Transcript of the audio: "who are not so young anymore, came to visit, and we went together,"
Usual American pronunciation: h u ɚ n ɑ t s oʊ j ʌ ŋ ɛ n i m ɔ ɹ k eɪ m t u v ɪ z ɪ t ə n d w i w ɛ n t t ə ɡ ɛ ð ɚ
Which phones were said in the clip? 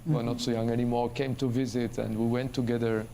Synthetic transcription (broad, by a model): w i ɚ n ɑ t s oʊ j ʌ ŋ ɛ n i m ɔ ɹ k eɪ m t u v ɪ z ɪ t ə n d w i w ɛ n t t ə ɡ ɛ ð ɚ